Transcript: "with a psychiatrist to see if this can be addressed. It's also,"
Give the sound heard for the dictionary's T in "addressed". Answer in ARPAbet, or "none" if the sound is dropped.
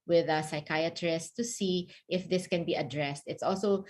T